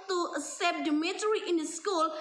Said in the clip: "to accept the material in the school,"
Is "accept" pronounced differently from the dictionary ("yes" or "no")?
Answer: yes